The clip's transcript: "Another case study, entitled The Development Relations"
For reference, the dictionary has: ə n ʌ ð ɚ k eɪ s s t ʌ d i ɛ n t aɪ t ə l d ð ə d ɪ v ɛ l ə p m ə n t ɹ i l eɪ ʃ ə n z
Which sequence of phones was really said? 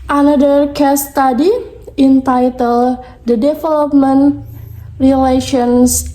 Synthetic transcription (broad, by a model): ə n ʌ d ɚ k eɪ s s t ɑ d i ɛ n t aɪ t ə l d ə d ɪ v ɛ l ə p m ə n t ɹ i l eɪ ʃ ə n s